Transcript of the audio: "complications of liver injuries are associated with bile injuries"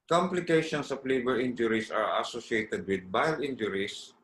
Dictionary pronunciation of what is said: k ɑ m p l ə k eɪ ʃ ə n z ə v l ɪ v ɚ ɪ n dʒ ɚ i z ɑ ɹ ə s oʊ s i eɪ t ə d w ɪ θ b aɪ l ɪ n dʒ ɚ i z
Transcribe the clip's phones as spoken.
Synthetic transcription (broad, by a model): k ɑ m p l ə k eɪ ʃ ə n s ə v l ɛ b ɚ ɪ n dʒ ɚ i s ɑ ɹ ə s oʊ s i eɪ t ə d w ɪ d b aɪ l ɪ n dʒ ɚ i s